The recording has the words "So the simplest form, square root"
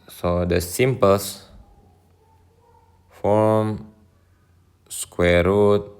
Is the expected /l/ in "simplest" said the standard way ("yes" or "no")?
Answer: no